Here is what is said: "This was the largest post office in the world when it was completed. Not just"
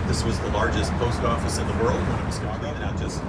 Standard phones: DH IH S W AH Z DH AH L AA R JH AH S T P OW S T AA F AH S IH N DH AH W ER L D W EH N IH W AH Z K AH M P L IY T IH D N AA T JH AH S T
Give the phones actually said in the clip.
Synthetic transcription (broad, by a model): DH IH S W AH Z DH AH L AA R JH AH S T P OW S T AA F AH S IH N DH AH W ER L D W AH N IH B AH S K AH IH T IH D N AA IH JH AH S T